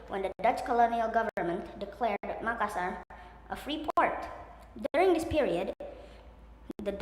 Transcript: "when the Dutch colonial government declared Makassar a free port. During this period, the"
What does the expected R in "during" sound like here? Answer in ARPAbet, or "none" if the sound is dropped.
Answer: R